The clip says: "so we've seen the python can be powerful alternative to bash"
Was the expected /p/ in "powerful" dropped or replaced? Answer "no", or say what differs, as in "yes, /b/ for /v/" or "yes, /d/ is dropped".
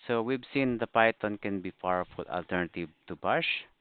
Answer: yes, /f/ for /p/